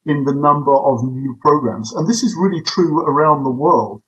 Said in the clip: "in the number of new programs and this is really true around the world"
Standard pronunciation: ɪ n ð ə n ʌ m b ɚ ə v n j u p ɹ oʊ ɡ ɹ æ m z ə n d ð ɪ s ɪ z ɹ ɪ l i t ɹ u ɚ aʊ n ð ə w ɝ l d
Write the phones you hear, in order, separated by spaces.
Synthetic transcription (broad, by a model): ɪ n ð ə n ʌ m b ɚ ə v n j u p ɹ oʊ ɡ ɹ æ m z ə n ð ɪ s ɪ z ɹ ɪ l i t ɹ u ɚ aʊ n ð ə w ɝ l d